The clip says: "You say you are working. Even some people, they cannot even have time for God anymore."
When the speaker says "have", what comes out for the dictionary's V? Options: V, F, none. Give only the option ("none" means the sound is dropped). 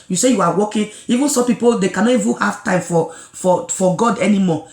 F